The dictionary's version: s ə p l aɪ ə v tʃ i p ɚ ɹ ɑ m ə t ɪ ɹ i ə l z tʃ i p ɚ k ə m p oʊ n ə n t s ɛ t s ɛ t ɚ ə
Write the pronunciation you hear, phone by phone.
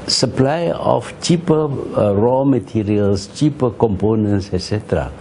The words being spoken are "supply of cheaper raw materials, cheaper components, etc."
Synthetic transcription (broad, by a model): s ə p l aɪ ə f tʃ i p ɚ ɹ ɑ m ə t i ɹ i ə l s tʃ i p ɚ k ə m p oʊ n ə n t s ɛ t s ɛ t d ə